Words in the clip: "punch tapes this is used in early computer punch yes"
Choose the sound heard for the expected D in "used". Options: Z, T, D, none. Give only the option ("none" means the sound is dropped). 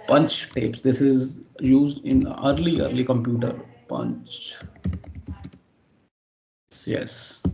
D